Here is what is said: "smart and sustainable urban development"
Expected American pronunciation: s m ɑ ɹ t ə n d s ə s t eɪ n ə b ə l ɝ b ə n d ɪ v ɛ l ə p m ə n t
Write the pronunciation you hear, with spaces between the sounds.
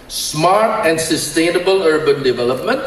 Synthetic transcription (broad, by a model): s m ɑ ɹ t ə n d s ə s t eɪ n ə b ə l ɝ b ə n d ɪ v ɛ l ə p m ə n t